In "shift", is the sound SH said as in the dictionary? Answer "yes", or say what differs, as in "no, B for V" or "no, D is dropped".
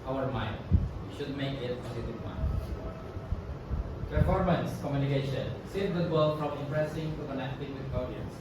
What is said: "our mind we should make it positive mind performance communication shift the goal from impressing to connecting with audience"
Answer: no, S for SH